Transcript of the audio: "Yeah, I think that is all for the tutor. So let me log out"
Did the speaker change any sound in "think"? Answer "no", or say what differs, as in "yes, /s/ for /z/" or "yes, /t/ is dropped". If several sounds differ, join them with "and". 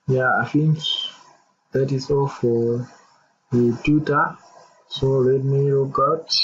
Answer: yes, /f/ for /θ/